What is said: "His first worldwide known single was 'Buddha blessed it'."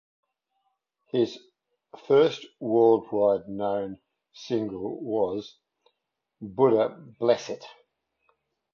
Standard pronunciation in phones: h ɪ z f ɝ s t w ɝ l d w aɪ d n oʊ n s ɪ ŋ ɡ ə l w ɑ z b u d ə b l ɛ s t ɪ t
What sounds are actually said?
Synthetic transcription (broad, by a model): h ɪ z f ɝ s t w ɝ l d w aɪ d n oʊ n s ɪ ŋ ɡ ə l w ɑ z b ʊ d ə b l ɛ s ɪ t